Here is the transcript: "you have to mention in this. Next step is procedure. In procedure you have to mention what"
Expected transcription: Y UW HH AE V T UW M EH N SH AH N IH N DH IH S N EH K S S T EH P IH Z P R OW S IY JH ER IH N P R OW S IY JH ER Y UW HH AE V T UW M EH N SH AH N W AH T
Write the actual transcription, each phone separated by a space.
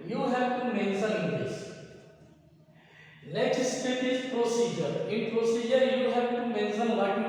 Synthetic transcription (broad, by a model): Y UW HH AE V T UW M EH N S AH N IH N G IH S L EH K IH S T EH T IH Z P R OW S IY JH ER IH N P R OW S IY JH ER Y UW HH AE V T UW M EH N S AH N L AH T